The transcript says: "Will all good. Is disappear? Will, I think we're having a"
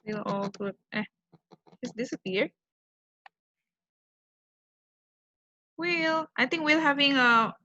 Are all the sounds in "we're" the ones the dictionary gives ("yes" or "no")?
no